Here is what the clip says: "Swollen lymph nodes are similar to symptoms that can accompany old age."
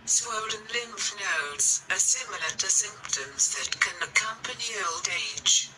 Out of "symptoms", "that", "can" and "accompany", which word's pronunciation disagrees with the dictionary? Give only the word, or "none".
none